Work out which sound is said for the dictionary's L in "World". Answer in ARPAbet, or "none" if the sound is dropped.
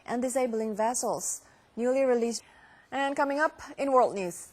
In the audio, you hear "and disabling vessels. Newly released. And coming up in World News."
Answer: L